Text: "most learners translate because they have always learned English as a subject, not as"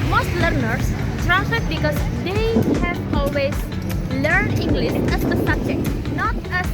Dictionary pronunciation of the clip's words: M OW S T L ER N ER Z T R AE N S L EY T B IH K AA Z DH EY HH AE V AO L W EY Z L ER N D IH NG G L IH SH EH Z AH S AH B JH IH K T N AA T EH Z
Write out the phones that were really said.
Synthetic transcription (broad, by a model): M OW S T L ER N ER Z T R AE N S EY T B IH K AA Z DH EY HH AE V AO L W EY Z L ER N D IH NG G L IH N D AH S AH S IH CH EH N AA T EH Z